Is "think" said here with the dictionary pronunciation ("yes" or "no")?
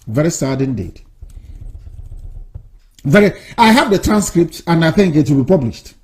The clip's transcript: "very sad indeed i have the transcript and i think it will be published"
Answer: yes